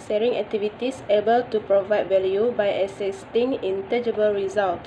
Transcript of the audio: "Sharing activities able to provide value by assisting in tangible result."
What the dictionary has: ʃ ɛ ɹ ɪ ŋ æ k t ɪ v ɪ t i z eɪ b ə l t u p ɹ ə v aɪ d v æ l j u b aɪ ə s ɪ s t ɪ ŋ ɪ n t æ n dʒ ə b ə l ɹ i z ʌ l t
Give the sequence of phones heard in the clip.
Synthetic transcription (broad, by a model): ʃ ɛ ɹ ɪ ŋ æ k t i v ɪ t i s eɪ b ə l t u p ɹ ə v aɪ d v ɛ l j u b aɪ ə s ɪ s t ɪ ŋ ɪ n t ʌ dʒ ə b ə l ɹ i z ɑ l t